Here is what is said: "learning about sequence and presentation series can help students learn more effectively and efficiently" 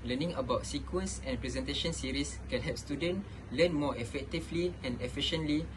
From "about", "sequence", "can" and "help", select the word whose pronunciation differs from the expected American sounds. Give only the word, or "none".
help